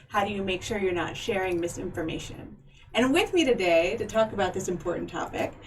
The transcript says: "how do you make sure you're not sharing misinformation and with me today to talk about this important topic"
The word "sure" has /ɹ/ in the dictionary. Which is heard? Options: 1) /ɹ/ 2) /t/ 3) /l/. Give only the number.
1